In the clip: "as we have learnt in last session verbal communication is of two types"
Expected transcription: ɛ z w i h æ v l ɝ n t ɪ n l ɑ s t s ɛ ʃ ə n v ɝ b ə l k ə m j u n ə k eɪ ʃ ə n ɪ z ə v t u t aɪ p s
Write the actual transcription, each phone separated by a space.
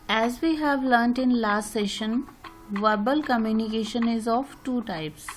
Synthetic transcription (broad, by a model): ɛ z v i h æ v l ɝ n t ɪ n l ɑ s t s ɛ ʃ ə n v ɝ b ə l k ə m j u n ə k eɪ ʃ ə n ɪ z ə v t u t aɪ p s